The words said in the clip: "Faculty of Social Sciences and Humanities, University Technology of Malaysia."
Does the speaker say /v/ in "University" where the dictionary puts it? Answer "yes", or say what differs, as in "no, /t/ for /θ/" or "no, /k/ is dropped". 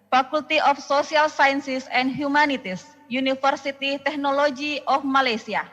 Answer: no, /f/ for /v/